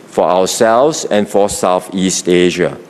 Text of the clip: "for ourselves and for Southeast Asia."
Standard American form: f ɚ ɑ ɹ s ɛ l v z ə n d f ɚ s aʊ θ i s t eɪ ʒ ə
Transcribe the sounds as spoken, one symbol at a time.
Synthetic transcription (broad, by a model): f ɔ ɑ w s ɛ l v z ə n f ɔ s aʊ θ i s t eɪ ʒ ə